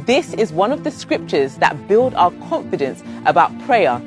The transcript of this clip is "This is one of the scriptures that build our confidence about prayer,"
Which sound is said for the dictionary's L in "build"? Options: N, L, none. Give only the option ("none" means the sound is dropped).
L